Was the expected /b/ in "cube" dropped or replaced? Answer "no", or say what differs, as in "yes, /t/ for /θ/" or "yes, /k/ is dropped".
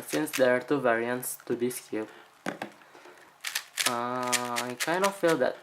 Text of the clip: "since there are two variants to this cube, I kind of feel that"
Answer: yes, /b/ is dropped